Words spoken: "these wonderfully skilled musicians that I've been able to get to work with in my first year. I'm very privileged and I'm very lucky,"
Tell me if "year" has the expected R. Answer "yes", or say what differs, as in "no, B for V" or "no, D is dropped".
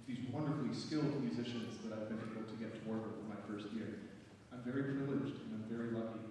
yes